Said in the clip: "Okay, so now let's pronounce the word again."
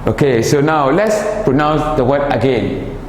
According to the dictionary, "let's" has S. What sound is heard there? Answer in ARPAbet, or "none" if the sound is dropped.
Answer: S